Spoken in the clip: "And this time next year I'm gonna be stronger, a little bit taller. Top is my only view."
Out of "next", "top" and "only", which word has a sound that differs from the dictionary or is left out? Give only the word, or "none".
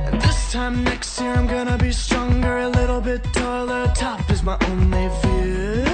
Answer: top